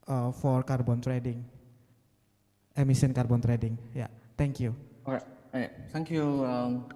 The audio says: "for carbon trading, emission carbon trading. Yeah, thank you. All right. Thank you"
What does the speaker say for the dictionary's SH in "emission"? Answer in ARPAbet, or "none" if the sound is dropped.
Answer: S